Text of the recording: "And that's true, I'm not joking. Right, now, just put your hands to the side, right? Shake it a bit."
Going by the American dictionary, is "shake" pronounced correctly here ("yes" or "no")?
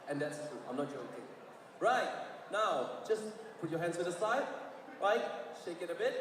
yes